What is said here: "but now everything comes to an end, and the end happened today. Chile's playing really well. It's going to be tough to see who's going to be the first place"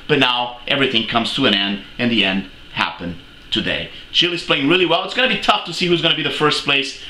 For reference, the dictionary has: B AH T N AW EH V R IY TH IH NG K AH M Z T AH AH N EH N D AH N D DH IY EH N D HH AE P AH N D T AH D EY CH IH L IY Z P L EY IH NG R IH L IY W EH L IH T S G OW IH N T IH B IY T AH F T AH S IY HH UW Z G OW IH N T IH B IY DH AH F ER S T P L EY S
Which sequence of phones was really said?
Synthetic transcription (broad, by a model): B AH T N AW EH V R IY TH IH NG K AH M Z T AH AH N EH N D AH N DH IY EH N D HH AE P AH N T AH D EY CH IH L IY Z P L EY IH NG R IH L IY W EH L IH T S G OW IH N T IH B IY T AH F T AH S IY HH UW Z G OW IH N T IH B IY DH AH F ER S P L EY S